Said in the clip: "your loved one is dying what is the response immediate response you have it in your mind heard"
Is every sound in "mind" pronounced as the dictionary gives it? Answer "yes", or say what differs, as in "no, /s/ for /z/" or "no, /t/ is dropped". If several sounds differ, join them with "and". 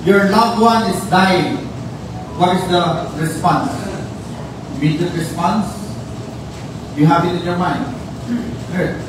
yes